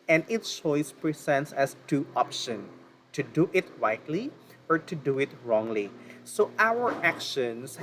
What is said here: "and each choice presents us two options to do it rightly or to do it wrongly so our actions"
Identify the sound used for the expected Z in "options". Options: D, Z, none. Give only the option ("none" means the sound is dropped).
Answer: none